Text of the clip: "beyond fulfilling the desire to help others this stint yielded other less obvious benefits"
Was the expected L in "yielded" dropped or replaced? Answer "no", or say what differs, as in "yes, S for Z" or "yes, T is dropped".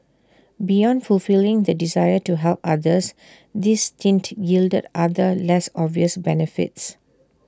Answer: no